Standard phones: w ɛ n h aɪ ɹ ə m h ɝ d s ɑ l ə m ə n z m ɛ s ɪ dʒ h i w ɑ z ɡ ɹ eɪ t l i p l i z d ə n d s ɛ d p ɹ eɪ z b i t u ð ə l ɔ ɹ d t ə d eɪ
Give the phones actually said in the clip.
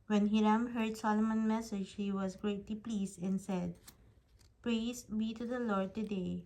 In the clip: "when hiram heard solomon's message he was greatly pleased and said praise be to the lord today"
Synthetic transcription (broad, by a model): w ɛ n h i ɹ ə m h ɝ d s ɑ l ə m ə n m ɛ s ɪ dʒ h i w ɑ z ɡ ɹ eɪ t l i p l i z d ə n s ɛ d p ɹ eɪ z b i t u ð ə l ɔ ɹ d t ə d eɪ